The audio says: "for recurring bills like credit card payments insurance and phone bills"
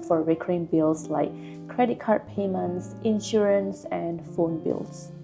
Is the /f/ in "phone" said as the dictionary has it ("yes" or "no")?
yes